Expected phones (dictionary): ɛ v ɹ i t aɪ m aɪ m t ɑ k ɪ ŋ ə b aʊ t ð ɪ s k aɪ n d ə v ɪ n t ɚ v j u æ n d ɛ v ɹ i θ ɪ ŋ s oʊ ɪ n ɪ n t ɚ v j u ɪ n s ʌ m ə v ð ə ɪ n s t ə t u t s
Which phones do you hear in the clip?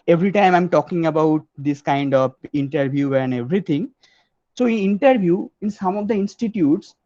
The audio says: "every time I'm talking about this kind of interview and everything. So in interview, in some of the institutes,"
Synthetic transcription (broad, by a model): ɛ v ɹ i t aɪ m aɪ m t ɑ k ɪ ŋ ə b aʊ t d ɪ s k aɪ n d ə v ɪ n t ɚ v j u æ n d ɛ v ɹ i t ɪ ŋ s oʊ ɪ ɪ n t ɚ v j u ɪ n s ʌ m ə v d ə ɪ n s t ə t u t s